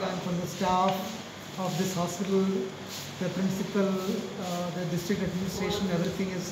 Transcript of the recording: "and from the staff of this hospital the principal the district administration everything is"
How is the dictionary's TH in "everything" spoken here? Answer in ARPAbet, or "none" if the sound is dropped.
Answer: T